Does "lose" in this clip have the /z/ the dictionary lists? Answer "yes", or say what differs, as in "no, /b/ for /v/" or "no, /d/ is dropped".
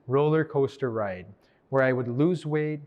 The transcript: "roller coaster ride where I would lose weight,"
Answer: yes